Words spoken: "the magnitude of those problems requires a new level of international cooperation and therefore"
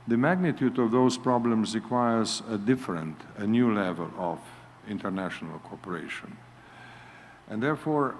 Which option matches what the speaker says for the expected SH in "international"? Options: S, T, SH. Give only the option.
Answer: SH